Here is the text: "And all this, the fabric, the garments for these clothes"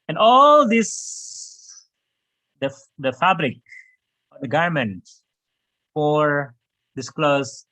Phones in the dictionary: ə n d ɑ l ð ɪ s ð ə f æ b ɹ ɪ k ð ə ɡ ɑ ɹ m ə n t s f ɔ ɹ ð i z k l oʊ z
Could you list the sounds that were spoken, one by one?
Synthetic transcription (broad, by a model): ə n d ɑ l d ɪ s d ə f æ b ɹ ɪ k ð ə ɡ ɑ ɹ m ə n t f ɔ ɹ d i s k l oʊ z